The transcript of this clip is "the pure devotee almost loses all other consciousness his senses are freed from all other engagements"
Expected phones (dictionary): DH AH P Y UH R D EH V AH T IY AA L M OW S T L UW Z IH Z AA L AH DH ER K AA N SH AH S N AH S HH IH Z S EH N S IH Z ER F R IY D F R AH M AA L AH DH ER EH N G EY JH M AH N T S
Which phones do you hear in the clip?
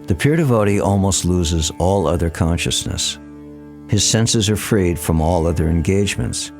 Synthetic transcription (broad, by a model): DH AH P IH R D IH V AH T IY AA L M OW S T L UW Z IH Z AA L AH DH ER K AA N SH AH S N AH S HH IH Z S EH N S IH Z ER F R IY D F R AH M AA L AH DH ER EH N G EY JH M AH N T S